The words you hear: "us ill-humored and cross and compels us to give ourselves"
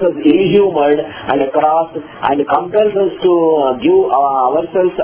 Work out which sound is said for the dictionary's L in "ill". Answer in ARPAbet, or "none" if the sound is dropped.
N